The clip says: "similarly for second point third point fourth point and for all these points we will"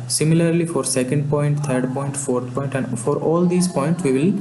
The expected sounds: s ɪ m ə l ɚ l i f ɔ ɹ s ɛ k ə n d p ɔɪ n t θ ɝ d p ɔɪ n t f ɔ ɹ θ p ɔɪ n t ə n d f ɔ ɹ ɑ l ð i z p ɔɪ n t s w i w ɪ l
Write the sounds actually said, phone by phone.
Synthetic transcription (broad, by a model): s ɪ m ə l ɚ l i f ɔ ɹ s ɛ k ə n d p ɔɪ n t t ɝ d p ɔɪ n t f ɔ ɹ t p ɔɪ n t ə n d f ɔ ɹ ɑ l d i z p ɔɪ n t s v i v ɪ l